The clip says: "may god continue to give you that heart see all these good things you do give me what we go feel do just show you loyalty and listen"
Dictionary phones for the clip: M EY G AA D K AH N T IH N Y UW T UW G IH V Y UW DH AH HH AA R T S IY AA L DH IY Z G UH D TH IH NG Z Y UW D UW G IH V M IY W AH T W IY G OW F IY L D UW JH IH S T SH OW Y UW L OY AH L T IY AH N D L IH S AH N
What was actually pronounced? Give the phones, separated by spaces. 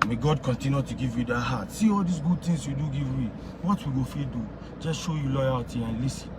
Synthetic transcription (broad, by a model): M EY G AA D K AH N T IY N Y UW T UW G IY V Y UW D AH HH AA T S IY AA L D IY S G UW D T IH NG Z Y UW D UW G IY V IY W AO T W IY G OW F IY D UW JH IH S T SH OW Y UW L OY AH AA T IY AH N L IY S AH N